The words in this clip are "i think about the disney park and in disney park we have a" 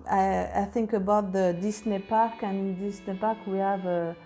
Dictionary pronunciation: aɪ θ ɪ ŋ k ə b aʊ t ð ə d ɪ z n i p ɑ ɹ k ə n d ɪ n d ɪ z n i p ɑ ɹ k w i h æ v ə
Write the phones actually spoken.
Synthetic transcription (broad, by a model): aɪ θ ɪ ŋ k ə b aʊ t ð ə d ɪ s n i p ɑ ɹ k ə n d ɪ n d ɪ s n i p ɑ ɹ k w i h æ v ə